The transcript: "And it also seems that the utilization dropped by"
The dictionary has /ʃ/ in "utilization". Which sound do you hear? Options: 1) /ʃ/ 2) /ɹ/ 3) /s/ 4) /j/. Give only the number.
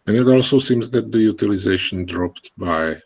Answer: 1